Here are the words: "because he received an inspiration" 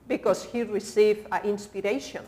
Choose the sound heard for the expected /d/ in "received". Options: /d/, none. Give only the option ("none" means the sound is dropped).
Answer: none